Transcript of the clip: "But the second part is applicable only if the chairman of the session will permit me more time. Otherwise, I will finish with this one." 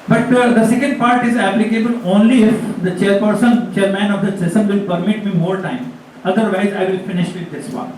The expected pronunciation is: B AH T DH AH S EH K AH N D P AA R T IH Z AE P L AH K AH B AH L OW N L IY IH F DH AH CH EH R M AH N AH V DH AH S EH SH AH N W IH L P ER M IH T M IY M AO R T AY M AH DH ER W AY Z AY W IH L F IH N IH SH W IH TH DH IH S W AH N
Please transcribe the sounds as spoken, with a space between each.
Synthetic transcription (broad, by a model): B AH T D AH S EH K AH N D P AA R T IH Z AE P L AH K AH B AH L OW N L IY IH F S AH CH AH R M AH N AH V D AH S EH S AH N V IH L P ER M IH T M IY M AO R T AY M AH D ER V AY Z AY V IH L F IH N IH SH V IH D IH S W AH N